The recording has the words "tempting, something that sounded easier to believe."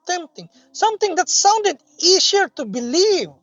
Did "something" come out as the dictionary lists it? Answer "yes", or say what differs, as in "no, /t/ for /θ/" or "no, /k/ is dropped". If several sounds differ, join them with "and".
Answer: no, /t/ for /θ/